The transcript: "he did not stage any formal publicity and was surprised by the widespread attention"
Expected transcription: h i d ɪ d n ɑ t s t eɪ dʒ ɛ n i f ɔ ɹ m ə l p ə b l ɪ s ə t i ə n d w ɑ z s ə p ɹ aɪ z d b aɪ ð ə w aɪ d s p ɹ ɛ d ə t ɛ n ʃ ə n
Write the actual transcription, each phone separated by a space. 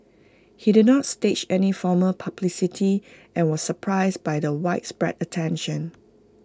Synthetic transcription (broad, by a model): h i d ɪ d n ɑ t s t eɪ tʃ ɛ n i f ɔ m ə p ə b l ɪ s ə t i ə n w ɑ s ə p ɹ aɪ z b aɪ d ə w aɪ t s p ɹ ɛ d ə t ɛ n ʃ ə n